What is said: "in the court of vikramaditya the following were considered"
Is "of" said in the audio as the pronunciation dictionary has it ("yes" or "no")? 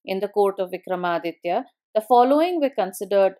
yes